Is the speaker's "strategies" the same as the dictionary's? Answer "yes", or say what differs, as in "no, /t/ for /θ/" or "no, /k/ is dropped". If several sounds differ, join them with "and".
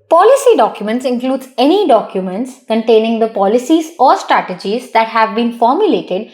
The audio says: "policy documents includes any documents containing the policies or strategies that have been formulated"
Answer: yes